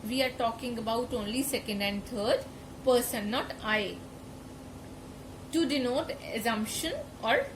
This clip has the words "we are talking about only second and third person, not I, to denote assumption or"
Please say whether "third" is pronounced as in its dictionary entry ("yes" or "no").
no